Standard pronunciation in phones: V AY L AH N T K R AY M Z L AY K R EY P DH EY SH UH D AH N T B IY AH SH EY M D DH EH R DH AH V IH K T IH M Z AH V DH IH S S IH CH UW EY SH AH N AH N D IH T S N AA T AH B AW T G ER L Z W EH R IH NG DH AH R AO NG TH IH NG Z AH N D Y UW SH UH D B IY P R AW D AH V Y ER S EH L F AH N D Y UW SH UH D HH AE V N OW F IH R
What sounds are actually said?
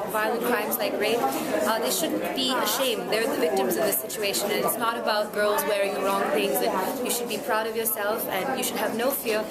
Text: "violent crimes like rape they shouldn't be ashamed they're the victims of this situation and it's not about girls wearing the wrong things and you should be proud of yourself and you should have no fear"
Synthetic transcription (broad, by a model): V AY L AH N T K R AY M Z L AY K R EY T DH EY SH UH D N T B IY AH SH EY M D DH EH R DH AH V IH K T IH M Z AH V DH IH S S IH CH UW EY SH AH N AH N IH T S N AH T AH B AW T G ER L Z W EH R IH NG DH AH R AO NG TH IH NG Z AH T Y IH SH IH D B IY P R AW D AH V Y ER S EH L F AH N Y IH SH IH D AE V N OW F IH R